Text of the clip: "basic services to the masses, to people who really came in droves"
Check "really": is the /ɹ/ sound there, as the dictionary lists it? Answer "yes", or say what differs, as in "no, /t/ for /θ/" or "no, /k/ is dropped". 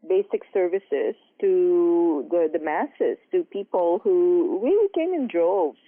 no, /w/ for /ɹ/